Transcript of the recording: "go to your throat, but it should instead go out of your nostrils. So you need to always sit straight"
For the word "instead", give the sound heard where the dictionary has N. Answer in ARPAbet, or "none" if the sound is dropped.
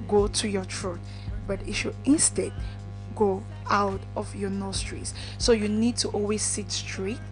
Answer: N